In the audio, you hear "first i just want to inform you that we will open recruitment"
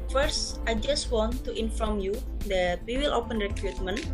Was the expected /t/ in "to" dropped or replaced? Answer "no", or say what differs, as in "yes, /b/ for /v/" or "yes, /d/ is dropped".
no